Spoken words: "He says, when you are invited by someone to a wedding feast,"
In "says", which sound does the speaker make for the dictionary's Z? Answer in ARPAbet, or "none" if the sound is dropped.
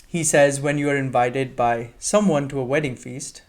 Z